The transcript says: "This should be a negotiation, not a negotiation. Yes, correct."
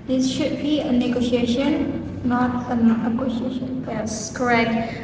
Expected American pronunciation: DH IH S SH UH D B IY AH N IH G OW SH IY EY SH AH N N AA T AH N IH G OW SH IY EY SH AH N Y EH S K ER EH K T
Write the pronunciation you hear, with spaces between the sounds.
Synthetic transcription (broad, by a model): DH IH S SH UH D B IY AH N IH G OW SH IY EY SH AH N N AA T AH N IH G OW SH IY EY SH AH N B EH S K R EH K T